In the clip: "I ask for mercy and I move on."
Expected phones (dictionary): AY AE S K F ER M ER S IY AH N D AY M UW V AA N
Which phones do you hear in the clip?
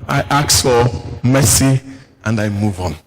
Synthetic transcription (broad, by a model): AY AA K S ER M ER S IY AH N D AY M UW V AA N